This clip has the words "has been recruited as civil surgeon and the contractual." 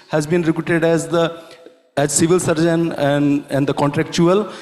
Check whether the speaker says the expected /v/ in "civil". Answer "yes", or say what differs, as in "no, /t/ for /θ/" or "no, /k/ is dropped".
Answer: yes